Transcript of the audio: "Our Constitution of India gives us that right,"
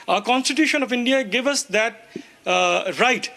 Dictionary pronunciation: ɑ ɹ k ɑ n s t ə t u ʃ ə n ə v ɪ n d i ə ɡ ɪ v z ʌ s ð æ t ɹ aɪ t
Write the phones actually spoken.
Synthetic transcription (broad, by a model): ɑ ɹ k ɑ n s t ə t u ʃ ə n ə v ɪ n d i ə ɡ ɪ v ʌ s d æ t ɹ aɪ t